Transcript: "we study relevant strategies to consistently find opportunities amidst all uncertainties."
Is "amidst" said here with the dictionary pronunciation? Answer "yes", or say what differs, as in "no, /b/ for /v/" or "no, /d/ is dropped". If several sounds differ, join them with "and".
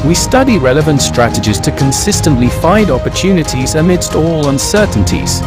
yes